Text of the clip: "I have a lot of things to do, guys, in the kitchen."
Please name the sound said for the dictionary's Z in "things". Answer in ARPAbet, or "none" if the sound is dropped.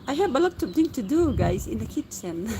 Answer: none